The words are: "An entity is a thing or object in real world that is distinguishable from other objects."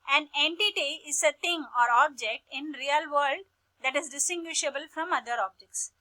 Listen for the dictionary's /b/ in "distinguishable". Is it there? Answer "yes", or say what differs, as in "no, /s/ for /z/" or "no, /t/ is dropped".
yes